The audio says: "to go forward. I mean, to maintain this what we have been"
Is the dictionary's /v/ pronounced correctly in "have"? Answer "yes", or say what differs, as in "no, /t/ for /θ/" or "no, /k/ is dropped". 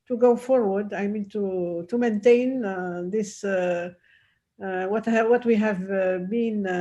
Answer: yes